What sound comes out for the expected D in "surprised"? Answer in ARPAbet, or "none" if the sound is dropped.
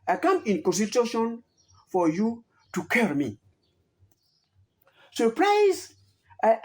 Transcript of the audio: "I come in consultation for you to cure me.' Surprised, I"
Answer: none